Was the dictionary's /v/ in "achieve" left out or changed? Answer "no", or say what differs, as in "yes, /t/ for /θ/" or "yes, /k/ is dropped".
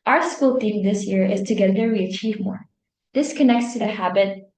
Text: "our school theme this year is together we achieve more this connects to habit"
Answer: no